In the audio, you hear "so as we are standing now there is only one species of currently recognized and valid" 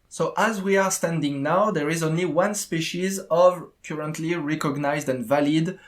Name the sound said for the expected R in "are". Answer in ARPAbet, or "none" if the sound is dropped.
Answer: R